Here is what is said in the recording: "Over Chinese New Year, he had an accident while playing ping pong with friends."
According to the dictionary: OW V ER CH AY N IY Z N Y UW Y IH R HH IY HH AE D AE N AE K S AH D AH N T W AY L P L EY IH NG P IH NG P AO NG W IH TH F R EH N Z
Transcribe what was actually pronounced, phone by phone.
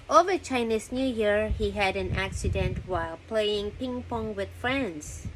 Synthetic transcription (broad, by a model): OW V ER CH AY N IY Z N Y UW Y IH R HH IY HH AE D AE N AE K S AH D AH N T W AY L P L EY IH NG P IH NG P AO NG W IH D F R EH N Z